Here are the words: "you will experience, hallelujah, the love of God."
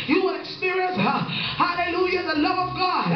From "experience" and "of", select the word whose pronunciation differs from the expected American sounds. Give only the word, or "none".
none